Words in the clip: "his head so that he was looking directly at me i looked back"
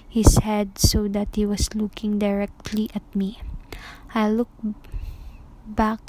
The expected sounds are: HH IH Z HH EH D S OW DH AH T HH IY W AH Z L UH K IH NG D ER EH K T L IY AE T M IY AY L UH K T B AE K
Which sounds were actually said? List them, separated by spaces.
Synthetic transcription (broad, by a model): HH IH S HH EH D S OW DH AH T HH IY W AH S L UH K IH NG D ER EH K T L IY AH T M IY AY L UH K B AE K